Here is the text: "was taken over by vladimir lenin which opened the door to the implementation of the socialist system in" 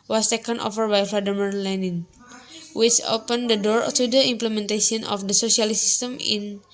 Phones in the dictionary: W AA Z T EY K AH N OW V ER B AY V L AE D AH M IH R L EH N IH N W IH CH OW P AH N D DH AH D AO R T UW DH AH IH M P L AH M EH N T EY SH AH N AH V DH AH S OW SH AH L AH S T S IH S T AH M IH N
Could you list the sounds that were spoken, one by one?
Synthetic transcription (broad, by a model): W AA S T EY K AH N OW F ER B AY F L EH D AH M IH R L EH N IH N W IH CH OW P AH N D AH D AO R T UW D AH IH M P L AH M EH N T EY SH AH N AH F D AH S OW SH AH L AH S S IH S T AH M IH N